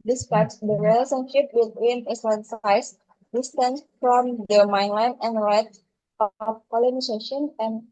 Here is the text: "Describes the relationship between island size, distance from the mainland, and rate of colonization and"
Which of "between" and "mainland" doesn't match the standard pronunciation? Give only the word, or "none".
mainland